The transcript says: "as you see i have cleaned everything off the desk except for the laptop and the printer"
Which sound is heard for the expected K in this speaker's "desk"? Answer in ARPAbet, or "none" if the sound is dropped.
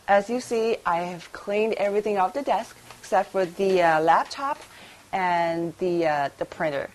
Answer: K